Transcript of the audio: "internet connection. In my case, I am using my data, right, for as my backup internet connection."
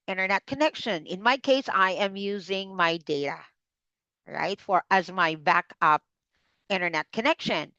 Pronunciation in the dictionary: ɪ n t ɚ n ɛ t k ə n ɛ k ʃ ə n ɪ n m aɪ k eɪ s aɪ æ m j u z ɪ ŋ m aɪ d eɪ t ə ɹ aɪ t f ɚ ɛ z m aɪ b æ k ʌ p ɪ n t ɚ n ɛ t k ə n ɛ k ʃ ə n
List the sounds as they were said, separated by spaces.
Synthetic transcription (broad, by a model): ɪ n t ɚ n ɛ t k ə n ɛ k ʃ ə n ɪ n m aɪ k eɪ s aɪ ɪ m j u z ɪ ŋ m aɪ d eɪ t ə ɹ aɪ t f ɚ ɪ z m aɪ b æ k ʌ p ɪ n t ɚ n ɛ t k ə n ɛ k ʃ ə n